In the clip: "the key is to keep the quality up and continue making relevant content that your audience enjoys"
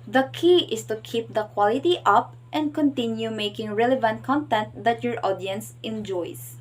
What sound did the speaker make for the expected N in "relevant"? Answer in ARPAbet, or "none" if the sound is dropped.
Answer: N